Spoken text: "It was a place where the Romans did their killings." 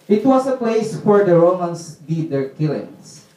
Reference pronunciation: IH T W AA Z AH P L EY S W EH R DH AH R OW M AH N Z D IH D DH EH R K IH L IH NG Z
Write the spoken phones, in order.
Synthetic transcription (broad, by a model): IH T W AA S AH P L EY S W EH R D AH R OW M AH N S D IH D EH R K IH L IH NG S